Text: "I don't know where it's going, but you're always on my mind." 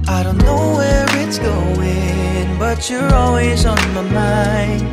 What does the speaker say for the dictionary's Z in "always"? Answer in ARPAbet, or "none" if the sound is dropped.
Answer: Z